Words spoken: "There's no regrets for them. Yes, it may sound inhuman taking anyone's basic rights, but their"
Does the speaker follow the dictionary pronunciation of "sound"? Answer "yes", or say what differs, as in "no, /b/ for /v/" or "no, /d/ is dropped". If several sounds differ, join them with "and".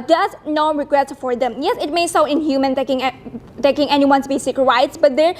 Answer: no, /d/ is dropped